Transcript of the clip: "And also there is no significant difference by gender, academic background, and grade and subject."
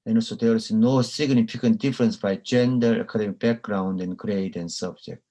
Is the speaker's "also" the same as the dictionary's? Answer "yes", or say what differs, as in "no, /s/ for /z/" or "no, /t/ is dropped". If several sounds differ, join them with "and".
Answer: no, /l/ is dropped